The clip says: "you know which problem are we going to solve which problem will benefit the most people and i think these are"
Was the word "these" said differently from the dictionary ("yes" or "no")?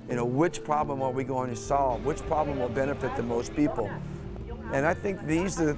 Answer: no